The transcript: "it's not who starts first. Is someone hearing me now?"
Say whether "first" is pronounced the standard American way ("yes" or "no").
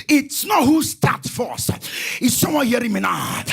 no